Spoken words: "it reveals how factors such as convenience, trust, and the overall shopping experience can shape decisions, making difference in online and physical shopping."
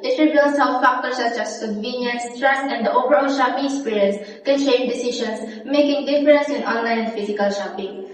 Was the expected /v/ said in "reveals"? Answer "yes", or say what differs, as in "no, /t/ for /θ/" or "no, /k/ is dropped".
no, /b/ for /v/